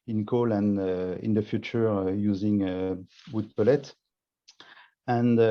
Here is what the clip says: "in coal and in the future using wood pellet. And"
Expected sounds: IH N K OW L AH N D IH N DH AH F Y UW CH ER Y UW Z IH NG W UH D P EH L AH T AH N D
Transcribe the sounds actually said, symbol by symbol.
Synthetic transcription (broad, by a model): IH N K OW L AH N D IH N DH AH F Y UW CH ER Y UW Z IH NG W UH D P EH L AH T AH N